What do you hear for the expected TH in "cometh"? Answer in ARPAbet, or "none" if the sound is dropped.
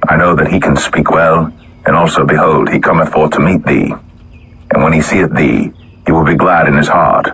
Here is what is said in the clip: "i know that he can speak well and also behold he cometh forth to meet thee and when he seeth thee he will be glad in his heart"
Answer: TH